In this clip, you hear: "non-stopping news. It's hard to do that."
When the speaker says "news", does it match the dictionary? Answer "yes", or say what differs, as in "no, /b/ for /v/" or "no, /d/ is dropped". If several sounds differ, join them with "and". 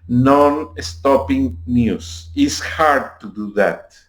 no, /s/ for /z/